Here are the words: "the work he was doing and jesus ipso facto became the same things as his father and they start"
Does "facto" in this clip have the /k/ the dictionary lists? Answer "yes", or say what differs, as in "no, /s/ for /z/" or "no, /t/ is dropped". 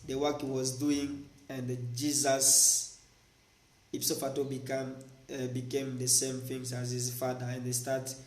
no, /k/ is dropped